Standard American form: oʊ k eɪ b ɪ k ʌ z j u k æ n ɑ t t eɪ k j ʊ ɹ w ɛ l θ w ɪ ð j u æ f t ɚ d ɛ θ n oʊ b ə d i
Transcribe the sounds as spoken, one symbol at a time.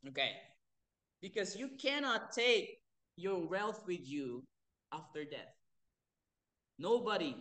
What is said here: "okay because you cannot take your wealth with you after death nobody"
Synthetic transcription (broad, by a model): oʊ k eɪ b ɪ k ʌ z j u k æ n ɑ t t eɪ k j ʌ ɹ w ɛ l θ w ɪ ð j u æ f t ɚ d ɛ θ n oʊ b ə d i